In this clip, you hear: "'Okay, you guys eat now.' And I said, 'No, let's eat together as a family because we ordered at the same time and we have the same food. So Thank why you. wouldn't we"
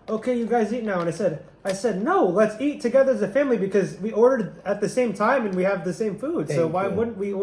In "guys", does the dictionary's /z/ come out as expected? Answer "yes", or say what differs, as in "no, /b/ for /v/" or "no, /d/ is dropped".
yes